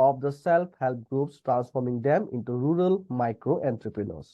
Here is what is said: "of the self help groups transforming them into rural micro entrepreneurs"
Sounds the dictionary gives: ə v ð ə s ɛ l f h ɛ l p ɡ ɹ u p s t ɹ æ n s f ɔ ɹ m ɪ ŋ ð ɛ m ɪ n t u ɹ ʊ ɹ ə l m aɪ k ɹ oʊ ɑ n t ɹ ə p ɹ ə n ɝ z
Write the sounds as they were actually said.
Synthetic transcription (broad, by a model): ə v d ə s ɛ l p h ɛ l p ɡ ɹ u p s t ɹ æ n s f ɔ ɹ m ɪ ŋ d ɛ m ɪ n t u ɹ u ɹ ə l m aɪ k ɹ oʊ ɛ n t ɹ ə p ɹ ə n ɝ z